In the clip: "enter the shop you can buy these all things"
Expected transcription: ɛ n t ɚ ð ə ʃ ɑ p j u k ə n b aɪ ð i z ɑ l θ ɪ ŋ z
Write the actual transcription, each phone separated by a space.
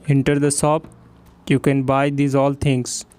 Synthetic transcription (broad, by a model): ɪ n t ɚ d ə s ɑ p j u k ə n b aɪ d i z ɑ l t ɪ ŋ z